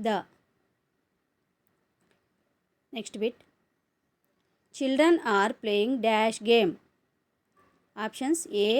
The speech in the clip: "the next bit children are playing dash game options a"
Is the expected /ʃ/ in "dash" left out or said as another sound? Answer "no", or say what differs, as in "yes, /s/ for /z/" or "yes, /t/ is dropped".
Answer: no